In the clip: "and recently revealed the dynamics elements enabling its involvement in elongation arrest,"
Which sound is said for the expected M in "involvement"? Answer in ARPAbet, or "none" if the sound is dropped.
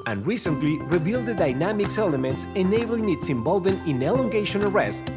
none